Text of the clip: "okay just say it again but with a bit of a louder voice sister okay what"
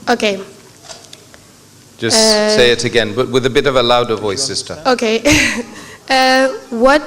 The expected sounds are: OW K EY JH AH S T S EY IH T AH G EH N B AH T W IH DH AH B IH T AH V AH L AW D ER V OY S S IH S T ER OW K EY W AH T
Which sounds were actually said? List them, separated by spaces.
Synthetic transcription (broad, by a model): OW K EY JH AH S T S EY IH T AH G EH N B AH T W IH DH AH B IH T AH V AH L AW D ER V OY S S IH S T ER OW K EY W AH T